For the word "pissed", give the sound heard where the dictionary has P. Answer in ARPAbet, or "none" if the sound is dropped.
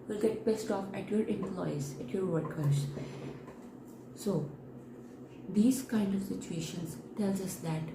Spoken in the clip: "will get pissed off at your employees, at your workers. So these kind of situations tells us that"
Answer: B